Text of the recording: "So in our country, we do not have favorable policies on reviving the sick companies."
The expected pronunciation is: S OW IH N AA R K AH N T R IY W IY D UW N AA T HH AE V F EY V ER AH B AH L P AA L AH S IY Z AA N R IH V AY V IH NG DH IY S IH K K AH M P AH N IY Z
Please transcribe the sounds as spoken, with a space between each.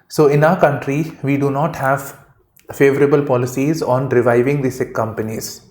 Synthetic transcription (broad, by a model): S OW IH N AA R K AH N T R IY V IY D UW N AA T HH AE V F EY V ER AH B AH L P AA L AH S IY Z AA N R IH V AY V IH NG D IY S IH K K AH M P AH N IY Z